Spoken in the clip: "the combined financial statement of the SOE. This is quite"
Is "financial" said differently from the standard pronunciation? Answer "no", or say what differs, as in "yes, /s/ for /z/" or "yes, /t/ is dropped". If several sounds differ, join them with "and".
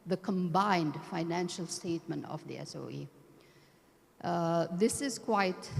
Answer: no